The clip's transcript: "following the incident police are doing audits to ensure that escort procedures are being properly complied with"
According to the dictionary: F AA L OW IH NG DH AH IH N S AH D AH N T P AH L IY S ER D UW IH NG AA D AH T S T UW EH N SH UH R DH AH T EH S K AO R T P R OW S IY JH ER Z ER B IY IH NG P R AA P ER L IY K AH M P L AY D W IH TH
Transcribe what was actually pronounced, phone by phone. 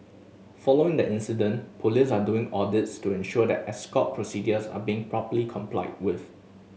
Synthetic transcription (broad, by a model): F AA L OW IH NG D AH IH N S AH D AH N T P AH L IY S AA D UW IH NG AA D AH T S T UW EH N SH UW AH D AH T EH S K AO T P R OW S IY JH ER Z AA B IY IH NG P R AA P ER L IY K AH M P L AY D W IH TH